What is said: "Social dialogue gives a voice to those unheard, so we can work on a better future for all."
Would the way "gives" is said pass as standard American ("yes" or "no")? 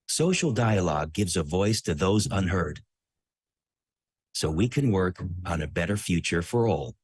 yes